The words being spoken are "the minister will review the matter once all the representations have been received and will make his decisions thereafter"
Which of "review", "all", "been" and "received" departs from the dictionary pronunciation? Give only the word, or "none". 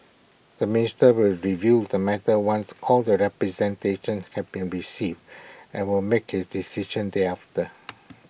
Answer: none